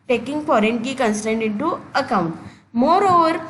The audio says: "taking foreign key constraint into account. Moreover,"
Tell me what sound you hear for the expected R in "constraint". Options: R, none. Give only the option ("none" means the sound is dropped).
none